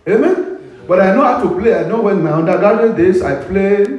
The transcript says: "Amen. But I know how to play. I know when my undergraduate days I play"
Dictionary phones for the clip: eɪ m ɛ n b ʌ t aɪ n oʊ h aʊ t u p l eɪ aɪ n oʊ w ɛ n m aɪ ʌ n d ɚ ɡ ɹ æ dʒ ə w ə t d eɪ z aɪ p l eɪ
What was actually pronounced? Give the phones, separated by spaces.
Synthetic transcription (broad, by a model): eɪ m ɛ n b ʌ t aɪ n oʊ h aʊ t u p l eɪ aɪ n oʊ w ɛ n m aɪ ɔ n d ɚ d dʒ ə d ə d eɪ s aɪ p l eɪ